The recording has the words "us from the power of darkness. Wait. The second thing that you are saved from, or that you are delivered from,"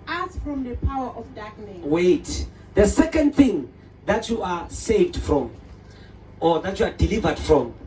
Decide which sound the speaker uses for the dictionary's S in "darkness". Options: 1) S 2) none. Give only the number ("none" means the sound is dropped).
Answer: 2